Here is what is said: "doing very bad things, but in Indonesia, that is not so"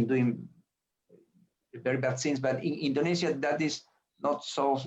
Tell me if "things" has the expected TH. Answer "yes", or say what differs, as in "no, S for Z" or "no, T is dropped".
no, S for TH